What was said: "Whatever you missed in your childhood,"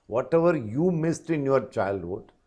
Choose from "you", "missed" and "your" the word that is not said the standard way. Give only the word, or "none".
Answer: none